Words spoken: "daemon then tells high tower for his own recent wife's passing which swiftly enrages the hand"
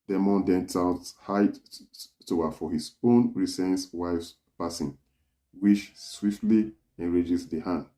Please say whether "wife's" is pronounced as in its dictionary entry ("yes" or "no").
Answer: yes